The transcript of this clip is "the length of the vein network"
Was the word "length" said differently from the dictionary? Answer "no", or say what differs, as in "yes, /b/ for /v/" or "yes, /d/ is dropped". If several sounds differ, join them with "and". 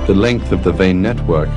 no